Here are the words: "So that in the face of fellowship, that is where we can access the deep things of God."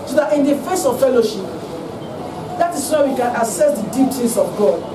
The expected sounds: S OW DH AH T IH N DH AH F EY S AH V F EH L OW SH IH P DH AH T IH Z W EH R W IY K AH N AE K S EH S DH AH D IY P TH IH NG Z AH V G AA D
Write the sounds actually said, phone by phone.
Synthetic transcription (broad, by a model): S OW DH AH T IH N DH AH F EY S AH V F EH L OW SH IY P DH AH T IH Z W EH W IY K AH N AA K S EH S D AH D IY P T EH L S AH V G AA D